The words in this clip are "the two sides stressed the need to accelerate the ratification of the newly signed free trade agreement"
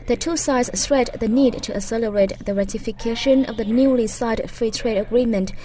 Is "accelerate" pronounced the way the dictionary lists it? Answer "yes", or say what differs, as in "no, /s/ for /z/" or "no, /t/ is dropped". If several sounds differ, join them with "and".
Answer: no, /k/ is dropped